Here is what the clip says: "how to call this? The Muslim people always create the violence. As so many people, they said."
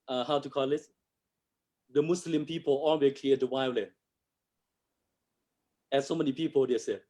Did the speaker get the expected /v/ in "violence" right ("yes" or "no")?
no